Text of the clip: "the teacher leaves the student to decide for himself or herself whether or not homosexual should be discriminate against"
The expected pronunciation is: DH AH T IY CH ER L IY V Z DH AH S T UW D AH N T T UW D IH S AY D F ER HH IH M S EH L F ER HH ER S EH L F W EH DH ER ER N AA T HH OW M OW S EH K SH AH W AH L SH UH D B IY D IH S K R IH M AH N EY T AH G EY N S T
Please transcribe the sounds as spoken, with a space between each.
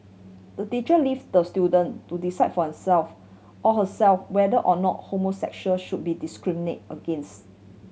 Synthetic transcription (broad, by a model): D AH T IY CH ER L IY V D AH S T UW D AH N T T UW D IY S AY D F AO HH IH S EH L F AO HH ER S EH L F W EH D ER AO N AA T HH OW M OW S EH K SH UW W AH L SH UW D B IY D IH S K R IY M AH N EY T AH G EY N S T